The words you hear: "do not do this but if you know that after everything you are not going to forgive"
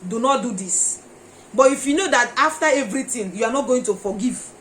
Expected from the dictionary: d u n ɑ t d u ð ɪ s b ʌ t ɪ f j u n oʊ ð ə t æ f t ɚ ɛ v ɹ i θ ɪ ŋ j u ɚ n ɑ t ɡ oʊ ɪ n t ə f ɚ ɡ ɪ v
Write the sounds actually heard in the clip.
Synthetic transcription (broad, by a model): d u n ɑ t d u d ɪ s b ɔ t ɪ f j u n oʊ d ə t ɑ f t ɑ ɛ v ɹ i t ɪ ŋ j u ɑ n ɑ t ɡ oʊ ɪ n t ə f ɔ ɡ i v